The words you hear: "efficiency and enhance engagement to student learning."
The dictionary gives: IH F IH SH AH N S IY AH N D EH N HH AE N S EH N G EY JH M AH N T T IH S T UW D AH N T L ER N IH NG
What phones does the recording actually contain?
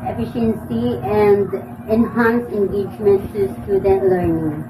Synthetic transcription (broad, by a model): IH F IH SH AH N S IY AH N D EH N HH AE N S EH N G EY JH M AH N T T IH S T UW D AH T L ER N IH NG